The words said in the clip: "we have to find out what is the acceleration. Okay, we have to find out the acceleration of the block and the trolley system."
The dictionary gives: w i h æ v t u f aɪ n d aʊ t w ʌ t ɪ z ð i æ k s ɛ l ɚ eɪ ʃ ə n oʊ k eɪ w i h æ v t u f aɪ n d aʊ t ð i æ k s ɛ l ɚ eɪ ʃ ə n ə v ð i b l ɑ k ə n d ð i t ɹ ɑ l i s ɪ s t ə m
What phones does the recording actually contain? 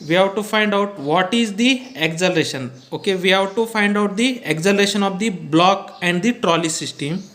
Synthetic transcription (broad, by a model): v i h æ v t u f aɪ n d aʊ t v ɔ t ɪ z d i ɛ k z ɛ l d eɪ ʃ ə n oʊ k eɪ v i h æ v t u f aɪ n d aʊ t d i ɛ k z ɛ l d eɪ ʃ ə n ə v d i b l ɑ k ə n d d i t ɹ ɑ l i s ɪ s t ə m